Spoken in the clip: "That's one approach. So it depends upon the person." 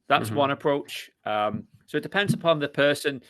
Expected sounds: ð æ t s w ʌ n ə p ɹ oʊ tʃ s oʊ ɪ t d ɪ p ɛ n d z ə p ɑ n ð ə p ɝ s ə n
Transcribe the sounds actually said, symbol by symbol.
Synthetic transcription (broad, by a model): ð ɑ t s w ʌ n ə p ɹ oʊ tʃ s oʊ ɪ t d ɪ p ɛ n d z ə p ɑ n ð ə p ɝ s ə n